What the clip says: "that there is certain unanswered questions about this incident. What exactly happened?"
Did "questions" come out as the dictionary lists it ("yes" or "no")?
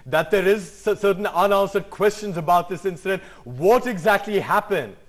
yes